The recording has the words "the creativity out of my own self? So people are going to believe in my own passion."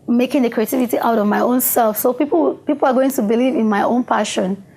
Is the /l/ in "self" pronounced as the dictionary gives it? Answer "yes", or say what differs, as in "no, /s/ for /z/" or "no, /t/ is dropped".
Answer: yes